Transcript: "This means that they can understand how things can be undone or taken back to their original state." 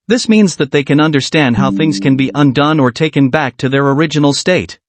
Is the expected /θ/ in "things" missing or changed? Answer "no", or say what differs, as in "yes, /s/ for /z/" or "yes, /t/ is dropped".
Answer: no